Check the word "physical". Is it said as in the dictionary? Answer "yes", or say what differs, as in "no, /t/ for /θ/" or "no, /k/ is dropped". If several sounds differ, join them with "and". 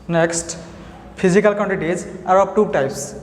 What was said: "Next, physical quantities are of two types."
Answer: no, /p/ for /f/